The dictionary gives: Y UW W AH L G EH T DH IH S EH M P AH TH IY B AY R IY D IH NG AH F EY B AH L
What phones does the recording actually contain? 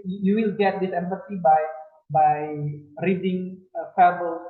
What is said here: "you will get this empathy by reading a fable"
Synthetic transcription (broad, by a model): Y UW W AH L G EH T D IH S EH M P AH S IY B AY R IY D IH NG AH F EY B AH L